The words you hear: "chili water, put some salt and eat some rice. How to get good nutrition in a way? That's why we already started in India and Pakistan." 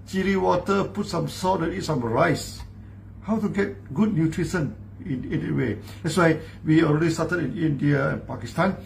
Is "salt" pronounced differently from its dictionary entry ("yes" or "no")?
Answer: yes